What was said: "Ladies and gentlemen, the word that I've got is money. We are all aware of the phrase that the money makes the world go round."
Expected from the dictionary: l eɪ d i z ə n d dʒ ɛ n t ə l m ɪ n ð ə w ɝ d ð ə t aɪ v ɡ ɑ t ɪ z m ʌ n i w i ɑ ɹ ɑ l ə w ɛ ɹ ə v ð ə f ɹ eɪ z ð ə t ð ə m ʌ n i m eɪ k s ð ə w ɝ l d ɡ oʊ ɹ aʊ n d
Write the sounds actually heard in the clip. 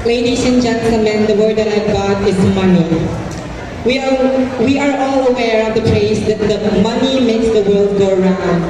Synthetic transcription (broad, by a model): l eɪ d i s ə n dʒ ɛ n s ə m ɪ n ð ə w ɝ d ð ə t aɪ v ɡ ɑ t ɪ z m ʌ n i w i ɑ ɹ ɑ l ə w ɛ ɹ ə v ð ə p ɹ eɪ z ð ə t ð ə m ʌ n i m eɪ k s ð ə w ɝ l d ɡ oʊ ɹ aʊ n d